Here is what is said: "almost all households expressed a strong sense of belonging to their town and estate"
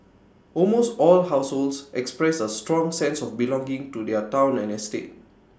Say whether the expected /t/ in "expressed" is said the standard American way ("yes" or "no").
no